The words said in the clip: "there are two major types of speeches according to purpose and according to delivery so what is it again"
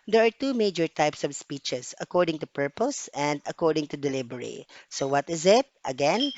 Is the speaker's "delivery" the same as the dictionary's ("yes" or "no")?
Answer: no